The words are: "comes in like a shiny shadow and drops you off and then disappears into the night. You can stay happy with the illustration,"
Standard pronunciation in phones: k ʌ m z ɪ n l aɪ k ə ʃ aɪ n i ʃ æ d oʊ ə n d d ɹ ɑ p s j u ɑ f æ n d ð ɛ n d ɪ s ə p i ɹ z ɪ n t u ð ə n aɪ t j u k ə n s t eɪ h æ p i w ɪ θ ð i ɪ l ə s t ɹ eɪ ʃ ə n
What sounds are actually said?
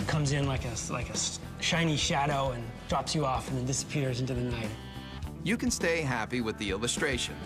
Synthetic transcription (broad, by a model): k ʌ m z ɪ n l aɪ k ə ʃ aɪ n i ʃ æ d oʊ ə n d d ɹ ɑ p s j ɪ ɑ f n ð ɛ n d ɪ s ə p i ɹ z ɪ n t u ð ə n aɪ t j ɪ k ə n s t eɪ h æ p i w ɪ ð i ɪ l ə s t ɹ eɪ ʃ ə n